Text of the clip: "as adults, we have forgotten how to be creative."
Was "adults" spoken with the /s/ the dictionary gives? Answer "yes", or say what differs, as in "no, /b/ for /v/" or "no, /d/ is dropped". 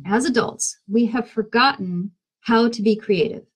yes